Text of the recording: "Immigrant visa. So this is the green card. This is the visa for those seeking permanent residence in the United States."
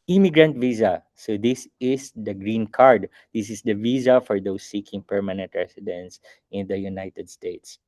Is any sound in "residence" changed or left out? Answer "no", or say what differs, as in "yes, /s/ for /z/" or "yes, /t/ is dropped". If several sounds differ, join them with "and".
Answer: yes, /s/ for /z/